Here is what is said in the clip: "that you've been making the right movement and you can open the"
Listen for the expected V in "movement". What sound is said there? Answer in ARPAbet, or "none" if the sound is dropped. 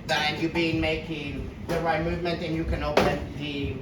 V